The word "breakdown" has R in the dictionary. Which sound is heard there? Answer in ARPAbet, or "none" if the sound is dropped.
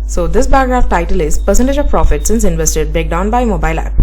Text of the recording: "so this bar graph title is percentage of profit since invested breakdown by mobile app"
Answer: none